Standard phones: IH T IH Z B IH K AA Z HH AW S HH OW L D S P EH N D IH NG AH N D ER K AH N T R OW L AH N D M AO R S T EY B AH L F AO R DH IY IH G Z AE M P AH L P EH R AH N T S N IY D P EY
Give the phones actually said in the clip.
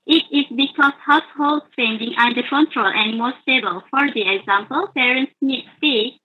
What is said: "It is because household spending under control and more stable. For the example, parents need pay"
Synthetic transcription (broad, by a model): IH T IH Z B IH K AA S HH AW S HH OW L D S P EH N D IH NG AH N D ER K AH N T R OW L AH N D M AO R S T EY B AH L F AO R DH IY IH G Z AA M P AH L P EH R AH N T S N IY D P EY